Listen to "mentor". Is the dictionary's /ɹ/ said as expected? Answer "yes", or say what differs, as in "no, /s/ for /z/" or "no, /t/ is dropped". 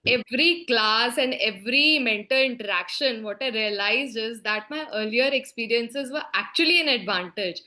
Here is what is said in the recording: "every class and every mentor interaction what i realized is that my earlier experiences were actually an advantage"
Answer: no, /l/ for /ɹ/